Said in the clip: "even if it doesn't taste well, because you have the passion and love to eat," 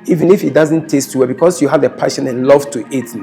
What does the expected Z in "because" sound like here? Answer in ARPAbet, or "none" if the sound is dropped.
S